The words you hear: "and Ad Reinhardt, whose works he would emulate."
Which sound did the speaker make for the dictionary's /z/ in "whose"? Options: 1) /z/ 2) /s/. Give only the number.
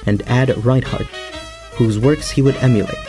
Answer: 1